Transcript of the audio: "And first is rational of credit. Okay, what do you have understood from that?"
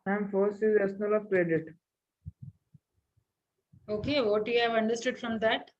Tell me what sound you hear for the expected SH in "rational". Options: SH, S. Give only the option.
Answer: S